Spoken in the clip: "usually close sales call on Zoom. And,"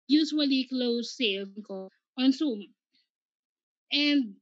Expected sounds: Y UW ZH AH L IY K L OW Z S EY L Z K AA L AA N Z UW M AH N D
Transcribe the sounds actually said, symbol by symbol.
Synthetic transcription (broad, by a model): Y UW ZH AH L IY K L OW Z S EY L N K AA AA N S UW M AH N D